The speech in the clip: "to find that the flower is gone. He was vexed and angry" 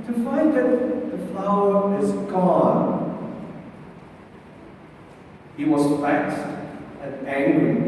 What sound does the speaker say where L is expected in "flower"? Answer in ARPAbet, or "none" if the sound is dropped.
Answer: L